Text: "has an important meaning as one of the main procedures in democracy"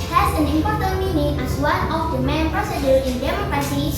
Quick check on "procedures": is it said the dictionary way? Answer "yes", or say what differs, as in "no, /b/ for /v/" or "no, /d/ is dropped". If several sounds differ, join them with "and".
no, /z/ is dropped